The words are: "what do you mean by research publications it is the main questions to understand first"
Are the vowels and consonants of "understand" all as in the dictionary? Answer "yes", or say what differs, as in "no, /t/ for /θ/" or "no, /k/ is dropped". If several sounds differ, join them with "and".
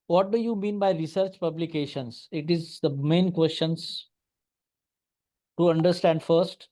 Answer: yes